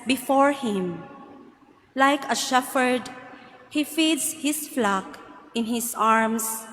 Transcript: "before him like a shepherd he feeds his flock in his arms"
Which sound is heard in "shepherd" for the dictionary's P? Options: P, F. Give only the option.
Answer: F